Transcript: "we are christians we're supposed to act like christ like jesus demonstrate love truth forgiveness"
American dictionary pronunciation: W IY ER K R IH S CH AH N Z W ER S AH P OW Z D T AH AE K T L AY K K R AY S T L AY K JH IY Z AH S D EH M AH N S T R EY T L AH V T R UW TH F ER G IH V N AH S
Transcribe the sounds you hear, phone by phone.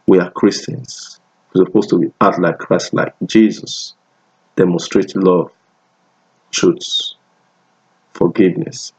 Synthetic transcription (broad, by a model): W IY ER K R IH S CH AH N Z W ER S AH P OW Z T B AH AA T L AY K K R AY S T L AY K JH IY Z AH S D EH M AH N S T R EY T L AH V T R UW S F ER G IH V N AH S